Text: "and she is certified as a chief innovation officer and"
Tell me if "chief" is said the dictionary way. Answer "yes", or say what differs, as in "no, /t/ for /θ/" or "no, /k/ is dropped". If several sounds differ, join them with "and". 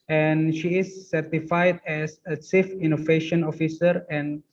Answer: no, /s/ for /tʃ/